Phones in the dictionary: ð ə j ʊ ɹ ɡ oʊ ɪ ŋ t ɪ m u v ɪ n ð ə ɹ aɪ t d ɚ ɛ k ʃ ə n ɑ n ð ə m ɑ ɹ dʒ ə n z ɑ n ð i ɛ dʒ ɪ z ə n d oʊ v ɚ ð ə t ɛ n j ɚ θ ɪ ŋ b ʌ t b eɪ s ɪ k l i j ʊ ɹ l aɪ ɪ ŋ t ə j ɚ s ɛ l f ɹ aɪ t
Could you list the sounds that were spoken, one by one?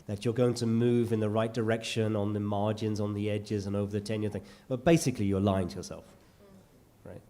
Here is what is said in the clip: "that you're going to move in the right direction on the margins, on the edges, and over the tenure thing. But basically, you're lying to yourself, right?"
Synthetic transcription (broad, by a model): ð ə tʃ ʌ ɹ ɡ oʊ ɪ ŋ t ɪ m u v ɪ n ð ə ɹ aɪ t d ɚ ɛ k ʃ ə n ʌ n ð ə m ɑ ɹ dʒ ə n z n ð i ɛ dʒ ɪ z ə n oʊ v ɚ ð ə t ɛ n j ɚ θ ɪ ŋ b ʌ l b eɪ s ɪ k l i j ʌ ɹ l aɪ ɪ ŋ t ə j ɚ s ɛ l f ɹ aɪ t